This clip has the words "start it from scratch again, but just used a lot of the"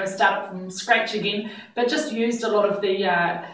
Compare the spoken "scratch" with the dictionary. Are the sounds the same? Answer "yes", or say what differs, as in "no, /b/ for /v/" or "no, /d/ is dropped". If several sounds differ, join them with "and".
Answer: yes